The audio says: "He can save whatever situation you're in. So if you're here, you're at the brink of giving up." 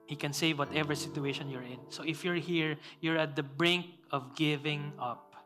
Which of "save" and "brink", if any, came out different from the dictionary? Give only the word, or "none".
none